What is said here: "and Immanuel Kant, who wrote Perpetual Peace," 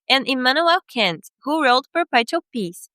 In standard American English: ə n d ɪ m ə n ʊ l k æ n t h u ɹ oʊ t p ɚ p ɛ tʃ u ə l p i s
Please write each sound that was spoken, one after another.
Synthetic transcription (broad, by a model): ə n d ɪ m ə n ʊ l k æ n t h u ɹ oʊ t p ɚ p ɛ u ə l p i s